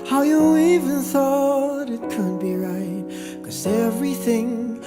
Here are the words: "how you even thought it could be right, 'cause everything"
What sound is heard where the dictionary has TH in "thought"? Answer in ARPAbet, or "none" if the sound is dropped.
TH